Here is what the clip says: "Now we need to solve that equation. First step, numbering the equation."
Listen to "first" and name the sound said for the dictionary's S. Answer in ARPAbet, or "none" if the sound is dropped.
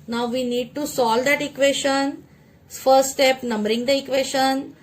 S